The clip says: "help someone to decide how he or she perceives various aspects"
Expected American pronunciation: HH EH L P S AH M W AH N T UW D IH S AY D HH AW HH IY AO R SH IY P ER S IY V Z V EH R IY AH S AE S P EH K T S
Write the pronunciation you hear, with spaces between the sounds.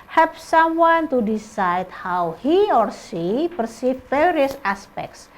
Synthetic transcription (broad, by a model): HH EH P S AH M W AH N T UW D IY S AY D HH AW HH IY AO R S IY P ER S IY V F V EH R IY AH S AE S P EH K T S